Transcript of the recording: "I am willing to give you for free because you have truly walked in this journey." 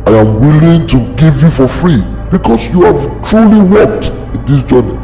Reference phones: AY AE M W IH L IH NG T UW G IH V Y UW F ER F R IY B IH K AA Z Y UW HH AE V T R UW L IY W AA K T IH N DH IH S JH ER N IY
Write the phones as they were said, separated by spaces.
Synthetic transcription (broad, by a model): AY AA M W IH L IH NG T UW G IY V Y UW F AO F R IY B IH K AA S Y UW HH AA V T R UW L IY W AA K T IH N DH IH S JH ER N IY